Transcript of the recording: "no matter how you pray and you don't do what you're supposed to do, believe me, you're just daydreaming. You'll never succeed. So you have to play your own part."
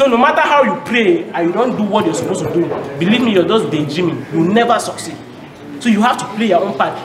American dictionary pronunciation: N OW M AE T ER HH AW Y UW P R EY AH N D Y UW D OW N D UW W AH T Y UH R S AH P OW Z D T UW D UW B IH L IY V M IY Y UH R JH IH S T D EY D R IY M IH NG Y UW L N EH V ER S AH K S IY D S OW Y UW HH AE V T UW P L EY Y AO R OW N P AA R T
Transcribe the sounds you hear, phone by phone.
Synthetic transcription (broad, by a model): N OW M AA T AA HH AW Y UW P R EY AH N Y UW D OW N D UW W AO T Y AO S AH P OW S T UW D UW B IH L IY V M IY Y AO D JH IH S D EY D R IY M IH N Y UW W N EH V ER S AH K S IY D S OW Y UW HH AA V T UW P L EY Y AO OW N P AA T